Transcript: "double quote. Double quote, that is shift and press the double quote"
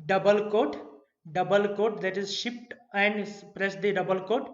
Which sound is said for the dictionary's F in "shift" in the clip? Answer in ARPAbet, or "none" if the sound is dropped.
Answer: P